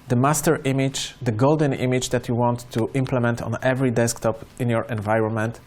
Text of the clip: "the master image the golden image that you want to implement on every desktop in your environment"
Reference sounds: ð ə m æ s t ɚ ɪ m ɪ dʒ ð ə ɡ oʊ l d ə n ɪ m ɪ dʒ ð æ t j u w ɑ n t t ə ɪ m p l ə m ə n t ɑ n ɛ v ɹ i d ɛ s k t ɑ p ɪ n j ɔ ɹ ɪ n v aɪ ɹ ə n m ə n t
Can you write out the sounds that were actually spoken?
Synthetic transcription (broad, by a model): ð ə m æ s t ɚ ɪ m ɪ dʒ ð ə ɡ oʊ l d ə n ɪ m ɪ dʒ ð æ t j u w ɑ n t t ɪ m p l ə m ə n t ɑ n ɛ v ɹ i d ɛ s k t ɑ p ɪ n j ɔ ɹ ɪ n v aɪ ɹ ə n m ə n t